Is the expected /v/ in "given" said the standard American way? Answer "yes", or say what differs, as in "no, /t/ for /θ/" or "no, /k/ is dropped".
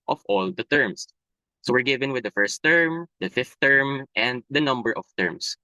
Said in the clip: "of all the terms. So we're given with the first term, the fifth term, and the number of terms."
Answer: yes